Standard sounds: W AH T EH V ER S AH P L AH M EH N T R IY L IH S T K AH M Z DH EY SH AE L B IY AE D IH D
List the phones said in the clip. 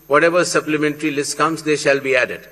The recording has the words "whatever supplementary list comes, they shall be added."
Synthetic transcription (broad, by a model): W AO T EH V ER S AH P L AH M EH N T R IY L IH S T K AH M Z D EY SH AE L B IY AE D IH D